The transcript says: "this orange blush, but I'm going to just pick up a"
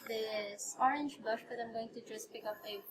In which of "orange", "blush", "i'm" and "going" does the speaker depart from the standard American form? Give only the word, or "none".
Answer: blush